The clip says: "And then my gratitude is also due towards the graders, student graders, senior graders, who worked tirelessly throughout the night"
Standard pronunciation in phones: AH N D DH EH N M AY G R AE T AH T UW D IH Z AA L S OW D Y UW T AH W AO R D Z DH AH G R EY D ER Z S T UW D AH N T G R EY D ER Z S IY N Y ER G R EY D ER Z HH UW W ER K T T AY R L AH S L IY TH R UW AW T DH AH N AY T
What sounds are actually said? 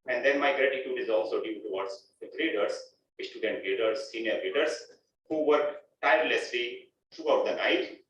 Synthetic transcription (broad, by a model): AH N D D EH N M AY G R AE T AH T UW D IH Z AA L S OW D Y UW T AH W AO R D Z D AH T R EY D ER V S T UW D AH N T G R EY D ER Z S IY N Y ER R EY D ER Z HH UW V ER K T T AY R L AH S L IY T R UW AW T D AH N AY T